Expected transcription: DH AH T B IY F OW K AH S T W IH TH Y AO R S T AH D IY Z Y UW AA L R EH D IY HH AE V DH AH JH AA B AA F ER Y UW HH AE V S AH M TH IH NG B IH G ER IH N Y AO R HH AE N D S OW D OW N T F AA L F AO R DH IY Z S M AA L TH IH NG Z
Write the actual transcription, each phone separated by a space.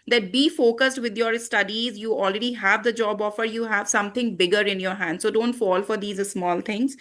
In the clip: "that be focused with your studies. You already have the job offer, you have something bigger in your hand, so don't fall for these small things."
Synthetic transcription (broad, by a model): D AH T B IY F OW K AH S T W IH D Y AO R S T AH D IY Z Y UW AA L R EH D IY HH AE V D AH JH AA B AA F ER Y UW HH AE V S AH M T IH NG B IH G ER IH N Y AO R HH AE N D S OW D OW N T F AA L F AO R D IY Z S M AA L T IH NG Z